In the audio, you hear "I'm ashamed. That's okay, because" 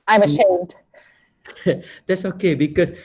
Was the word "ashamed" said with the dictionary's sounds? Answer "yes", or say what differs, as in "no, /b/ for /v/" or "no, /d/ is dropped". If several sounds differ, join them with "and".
yes